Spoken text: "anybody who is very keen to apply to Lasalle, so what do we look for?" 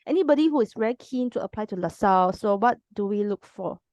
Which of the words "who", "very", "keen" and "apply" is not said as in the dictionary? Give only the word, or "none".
very